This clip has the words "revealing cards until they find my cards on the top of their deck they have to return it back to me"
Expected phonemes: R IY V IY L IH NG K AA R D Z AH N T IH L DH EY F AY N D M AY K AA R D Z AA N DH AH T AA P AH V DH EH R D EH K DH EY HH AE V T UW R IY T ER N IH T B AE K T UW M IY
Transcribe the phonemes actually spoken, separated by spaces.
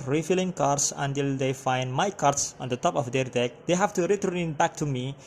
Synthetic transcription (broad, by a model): R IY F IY L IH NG K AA R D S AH N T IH L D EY F AY N D M AY K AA R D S AA N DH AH T AA P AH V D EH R D EH K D EY HH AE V T UW R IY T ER IH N B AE K T UW M IY